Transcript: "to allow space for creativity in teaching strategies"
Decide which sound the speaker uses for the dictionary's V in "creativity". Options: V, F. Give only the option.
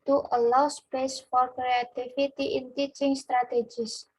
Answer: F